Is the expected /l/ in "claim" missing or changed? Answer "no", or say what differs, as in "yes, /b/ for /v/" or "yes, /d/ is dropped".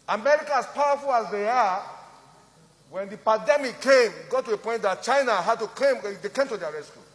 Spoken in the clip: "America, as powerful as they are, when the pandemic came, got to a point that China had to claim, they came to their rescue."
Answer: yes, /l/ is dropped